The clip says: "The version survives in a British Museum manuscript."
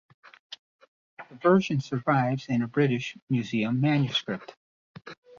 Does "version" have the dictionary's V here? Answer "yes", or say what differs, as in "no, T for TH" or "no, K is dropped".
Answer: yes